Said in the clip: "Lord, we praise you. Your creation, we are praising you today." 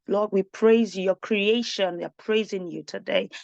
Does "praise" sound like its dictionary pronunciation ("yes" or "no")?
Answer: yes